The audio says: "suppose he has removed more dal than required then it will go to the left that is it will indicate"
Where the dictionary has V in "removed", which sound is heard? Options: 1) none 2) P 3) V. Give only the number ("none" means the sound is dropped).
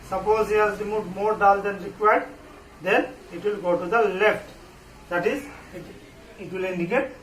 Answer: 1